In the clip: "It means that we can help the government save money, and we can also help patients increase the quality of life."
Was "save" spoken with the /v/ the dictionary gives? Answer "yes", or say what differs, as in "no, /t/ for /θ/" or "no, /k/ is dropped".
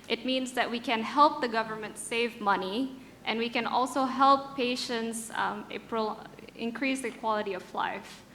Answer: yes